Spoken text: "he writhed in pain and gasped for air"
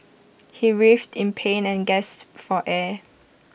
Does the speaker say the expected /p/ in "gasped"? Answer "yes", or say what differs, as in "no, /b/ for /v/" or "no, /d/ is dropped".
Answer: no, /p/ is dropped